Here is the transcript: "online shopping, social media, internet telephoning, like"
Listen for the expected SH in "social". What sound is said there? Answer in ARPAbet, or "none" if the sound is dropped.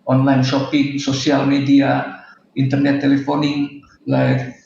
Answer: S